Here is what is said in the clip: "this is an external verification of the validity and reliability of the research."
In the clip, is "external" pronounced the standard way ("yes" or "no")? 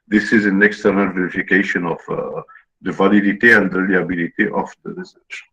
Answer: yes